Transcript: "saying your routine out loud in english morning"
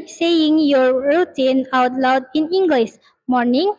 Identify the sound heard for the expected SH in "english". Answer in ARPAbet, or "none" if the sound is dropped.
S